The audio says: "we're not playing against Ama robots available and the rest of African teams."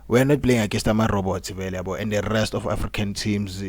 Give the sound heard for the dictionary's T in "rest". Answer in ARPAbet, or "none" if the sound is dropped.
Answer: T